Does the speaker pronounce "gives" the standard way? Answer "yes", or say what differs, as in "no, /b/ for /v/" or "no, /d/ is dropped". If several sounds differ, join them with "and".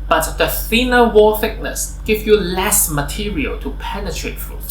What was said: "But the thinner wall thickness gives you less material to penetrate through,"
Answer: no, /z/ is dropped